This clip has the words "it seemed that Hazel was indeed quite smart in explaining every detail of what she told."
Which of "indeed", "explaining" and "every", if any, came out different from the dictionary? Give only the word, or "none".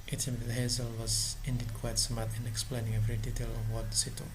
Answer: none